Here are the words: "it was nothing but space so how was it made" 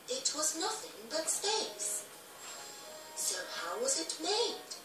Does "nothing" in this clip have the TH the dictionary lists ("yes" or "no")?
yes